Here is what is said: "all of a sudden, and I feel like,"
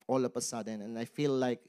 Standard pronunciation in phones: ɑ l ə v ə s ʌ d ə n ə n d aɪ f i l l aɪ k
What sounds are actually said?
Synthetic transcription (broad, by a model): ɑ l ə p ə s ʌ d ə n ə n aɪ f i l l aɪ k